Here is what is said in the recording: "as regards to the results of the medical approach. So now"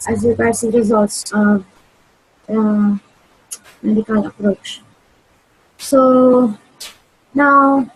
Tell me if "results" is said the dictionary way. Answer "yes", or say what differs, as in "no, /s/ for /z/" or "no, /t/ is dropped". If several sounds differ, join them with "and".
yes